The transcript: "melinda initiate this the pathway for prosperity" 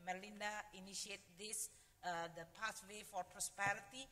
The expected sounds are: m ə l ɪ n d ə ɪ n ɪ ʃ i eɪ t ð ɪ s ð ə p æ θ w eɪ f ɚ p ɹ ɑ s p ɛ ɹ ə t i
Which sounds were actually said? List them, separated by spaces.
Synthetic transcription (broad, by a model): m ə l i n d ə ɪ n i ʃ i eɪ t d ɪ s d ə p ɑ s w eɪ f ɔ p ɹ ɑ s p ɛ ɹ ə t i